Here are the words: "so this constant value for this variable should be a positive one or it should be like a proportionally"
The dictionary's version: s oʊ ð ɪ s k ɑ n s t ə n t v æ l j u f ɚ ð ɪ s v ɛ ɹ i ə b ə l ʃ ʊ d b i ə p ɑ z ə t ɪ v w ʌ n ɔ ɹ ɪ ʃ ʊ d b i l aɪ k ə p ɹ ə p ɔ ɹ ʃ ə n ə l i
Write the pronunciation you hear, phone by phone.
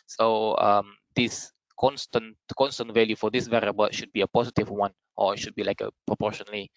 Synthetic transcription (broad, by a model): s oʊ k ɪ s k ɑ n s t ə n t v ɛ l j u f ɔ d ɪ s v ɛ ɹ i ə b ə l ʃ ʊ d b i ə p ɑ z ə t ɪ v w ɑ n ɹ ɪ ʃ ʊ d b i l aɪ k ə p ɹ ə p ɔ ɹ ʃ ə n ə l i